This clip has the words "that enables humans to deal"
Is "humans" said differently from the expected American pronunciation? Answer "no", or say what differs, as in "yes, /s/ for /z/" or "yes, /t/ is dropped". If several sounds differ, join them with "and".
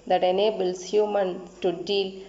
yes, /z/ is dropped